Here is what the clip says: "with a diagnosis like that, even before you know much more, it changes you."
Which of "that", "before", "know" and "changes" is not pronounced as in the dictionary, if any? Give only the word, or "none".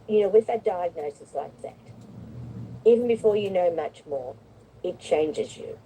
none